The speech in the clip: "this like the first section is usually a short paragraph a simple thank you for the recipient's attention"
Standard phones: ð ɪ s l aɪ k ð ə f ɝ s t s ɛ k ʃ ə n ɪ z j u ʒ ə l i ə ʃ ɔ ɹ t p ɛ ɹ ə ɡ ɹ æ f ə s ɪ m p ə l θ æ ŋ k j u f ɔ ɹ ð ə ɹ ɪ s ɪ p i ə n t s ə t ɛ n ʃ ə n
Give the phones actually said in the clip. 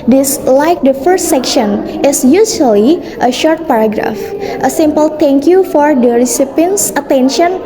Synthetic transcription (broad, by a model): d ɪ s l aɪ k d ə f ɝ s t s ɛ k ʃ ə n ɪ s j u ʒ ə l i ə ʃ ɔ ɹ t p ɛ ɹ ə ɡ ɹ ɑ f ə s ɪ m p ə l t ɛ ŋ k j u f ɔ ɹ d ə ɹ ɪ s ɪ p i n s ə t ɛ n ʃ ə n